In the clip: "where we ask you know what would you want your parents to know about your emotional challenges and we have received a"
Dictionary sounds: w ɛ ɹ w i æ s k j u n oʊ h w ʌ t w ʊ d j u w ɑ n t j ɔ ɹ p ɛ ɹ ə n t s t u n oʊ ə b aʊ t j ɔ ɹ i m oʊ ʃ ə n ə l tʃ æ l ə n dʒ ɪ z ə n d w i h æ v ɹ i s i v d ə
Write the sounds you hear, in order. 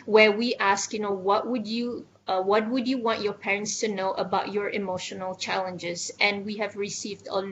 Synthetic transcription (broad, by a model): w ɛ w i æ s k j u n oʊ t w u t w ʊ d j u w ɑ n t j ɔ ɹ p ɛ ɹ ə n t s t u n oʊ ə b aʊ t j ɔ ɹ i m oʊ ʃ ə n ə l tʃ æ l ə n dʒ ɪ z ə n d w i h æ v ɹ i s i v d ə